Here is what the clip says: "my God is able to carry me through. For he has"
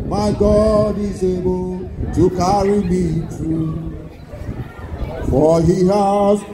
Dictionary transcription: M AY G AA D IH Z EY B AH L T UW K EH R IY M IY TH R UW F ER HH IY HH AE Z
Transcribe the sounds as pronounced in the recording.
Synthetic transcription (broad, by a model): M AY G AA D IH Z EY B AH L T UW K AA R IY M IY T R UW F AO HH IY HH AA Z